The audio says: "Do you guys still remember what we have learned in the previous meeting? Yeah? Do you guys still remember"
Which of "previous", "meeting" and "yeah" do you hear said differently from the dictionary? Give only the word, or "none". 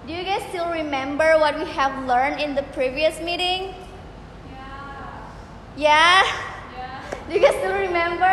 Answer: none